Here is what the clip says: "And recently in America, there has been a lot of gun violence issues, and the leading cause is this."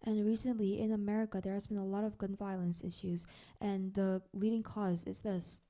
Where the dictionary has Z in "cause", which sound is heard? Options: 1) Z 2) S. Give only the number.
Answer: 1